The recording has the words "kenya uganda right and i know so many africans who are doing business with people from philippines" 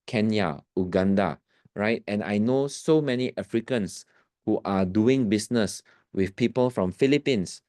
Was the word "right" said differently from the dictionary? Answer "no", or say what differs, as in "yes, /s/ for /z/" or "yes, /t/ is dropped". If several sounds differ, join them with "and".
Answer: no